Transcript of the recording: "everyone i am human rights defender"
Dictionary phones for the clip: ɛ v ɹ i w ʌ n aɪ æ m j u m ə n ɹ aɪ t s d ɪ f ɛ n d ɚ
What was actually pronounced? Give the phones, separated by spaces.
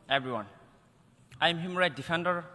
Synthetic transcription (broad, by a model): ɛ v ɹ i w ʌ n aɪ m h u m ɹ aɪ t d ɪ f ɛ n d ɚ